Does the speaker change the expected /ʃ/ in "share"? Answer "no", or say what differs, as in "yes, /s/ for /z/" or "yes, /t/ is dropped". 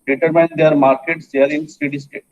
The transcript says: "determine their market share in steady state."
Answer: yes, /s/ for /ʃ/